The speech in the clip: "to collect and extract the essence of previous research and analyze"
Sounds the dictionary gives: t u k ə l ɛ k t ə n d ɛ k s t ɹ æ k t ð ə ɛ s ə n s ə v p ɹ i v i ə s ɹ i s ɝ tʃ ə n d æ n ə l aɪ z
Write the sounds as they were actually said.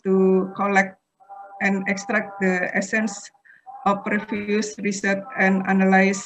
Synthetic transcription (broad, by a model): t u k ə l ɛ k t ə n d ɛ k s t ɹ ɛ k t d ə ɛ s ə n s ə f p ɹ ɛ f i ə s ɹ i s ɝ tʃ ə n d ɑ n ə l aɪ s